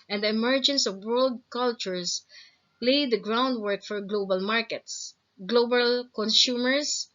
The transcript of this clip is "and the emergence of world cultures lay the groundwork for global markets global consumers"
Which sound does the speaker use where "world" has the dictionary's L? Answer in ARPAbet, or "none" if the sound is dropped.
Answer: L